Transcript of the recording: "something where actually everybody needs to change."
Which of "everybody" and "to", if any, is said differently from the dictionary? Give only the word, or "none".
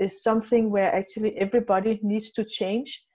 none